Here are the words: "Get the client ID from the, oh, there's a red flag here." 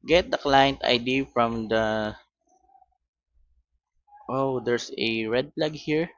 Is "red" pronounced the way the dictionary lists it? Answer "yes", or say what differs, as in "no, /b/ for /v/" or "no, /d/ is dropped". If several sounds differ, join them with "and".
yes